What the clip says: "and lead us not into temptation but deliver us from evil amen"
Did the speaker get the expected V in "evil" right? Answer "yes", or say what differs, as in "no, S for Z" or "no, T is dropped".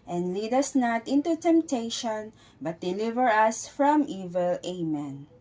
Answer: yes